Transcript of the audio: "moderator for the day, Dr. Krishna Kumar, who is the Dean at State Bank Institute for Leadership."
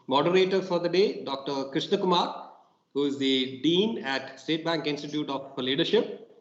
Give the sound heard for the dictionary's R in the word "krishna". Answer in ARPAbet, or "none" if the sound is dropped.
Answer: R